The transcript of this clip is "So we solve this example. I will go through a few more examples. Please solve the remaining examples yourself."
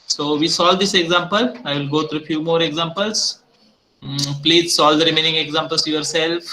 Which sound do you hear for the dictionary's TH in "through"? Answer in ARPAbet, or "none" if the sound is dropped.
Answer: T